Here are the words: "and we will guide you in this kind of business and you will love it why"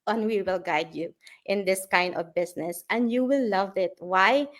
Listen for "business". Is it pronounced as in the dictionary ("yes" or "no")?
no